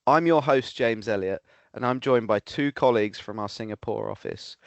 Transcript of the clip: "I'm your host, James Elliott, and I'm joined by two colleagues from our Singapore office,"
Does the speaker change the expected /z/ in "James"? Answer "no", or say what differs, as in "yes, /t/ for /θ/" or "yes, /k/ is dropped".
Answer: no